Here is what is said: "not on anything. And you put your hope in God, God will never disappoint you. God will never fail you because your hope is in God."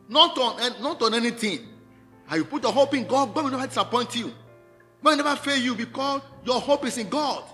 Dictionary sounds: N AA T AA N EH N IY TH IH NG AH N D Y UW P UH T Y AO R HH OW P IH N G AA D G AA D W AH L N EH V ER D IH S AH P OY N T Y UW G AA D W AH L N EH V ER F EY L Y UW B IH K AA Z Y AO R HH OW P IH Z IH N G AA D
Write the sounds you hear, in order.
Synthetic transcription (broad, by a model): N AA T AA N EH N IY T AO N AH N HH Y UW P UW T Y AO HH OW P IH N G AA D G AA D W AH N EH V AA D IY S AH P OY N T Y UW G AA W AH N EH V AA F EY Y UW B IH K AA S Y AO HH OW P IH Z IH N G AA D